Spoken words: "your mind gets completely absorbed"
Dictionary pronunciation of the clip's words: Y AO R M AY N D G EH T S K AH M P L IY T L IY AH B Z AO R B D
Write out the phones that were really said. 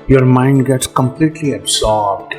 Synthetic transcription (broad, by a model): Y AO R M AY N D G EH T S K AH M P L IY T L IY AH B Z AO R B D